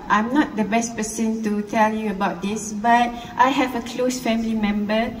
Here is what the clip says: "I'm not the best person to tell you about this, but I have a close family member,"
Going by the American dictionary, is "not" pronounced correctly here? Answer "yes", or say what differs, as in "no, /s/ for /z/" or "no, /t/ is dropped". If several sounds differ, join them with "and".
yes